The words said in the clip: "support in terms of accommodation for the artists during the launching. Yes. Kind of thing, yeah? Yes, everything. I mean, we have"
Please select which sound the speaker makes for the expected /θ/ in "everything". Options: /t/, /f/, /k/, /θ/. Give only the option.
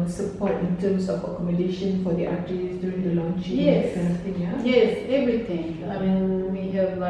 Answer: /t/